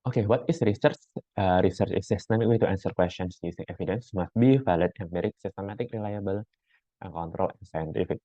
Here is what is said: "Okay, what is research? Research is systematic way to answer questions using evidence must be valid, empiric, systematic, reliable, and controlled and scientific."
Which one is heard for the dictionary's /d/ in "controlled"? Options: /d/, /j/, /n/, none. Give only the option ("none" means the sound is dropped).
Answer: none